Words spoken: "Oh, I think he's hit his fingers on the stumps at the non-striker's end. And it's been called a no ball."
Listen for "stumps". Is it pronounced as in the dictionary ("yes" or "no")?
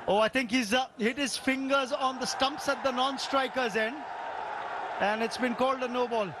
yes